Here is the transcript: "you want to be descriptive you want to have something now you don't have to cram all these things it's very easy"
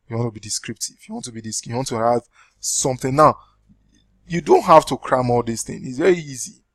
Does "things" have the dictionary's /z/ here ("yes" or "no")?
no